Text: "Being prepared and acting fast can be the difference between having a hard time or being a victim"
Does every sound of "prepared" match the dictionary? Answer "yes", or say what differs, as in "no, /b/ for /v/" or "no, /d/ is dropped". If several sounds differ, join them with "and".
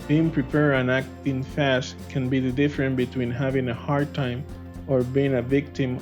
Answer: no, /d/ is dropped